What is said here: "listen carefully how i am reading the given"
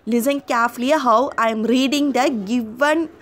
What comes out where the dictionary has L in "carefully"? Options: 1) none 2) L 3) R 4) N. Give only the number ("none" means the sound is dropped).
1